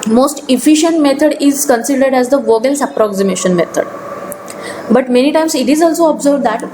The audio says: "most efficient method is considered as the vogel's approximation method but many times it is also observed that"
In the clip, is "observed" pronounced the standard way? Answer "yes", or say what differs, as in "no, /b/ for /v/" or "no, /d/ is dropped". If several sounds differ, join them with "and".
no, /b/ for /v/